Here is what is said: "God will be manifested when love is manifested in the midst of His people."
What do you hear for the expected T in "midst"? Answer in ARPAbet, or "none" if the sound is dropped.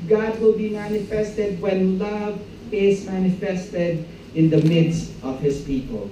T